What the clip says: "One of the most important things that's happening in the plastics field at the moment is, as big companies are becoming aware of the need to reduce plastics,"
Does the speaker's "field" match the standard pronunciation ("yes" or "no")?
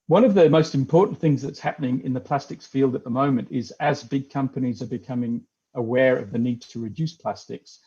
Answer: yes